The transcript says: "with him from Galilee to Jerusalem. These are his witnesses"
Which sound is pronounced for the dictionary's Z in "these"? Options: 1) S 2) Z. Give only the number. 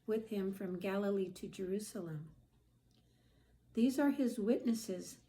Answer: 2